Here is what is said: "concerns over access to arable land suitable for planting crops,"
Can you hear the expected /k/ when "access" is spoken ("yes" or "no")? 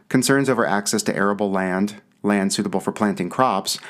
yes